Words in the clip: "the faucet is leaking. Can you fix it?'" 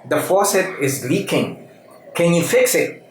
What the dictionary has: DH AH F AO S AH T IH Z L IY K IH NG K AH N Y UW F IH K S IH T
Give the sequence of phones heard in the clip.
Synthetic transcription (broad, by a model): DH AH F AO S AH T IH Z L IY K IH NG K AH N Y UW F IH K S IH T